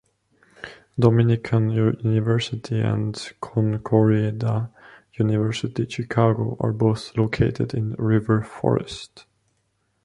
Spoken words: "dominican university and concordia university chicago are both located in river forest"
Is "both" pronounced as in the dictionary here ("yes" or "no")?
yes